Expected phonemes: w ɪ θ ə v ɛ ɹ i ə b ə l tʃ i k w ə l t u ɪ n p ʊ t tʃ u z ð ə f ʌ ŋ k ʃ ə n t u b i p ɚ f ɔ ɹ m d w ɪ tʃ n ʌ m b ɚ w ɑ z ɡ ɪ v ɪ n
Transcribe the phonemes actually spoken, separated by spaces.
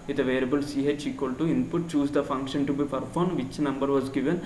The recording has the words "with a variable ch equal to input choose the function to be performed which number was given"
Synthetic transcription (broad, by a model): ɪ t ə v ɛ l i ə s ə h tʃ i k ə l t u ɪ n p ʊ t tʃ u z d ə f ʌ ŋ k ʃ ə n t u b i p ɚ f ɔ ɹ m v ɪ tʃ n ʌ m b ɚ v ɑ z ɡ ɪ v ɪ n